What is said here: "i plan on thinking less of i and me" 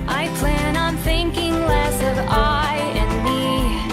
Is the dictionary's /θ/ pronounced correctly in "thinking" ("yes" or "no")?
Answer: yes